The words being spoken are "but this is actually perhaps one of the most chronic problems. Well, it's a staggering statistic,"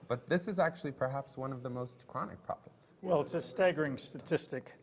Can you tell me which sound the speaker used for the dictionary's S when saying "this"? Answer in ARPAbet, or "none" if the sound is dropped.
S